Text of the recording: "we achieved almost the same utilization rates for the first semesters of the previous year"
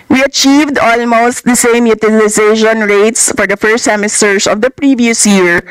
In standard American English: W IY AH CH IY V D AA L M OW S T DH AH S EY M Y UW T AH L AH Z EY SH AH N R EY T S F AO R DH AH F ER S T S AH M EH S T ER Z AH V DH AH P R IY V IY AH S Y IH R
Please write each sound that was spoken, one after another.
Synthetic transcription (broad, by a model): W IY AH CH IY V D AA L M OW S T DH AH S EY M Y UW T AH L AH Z EY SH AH N R EY T S F AO R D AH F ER S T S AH M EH S T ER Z AH V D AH P R IY V IY AH S Y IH R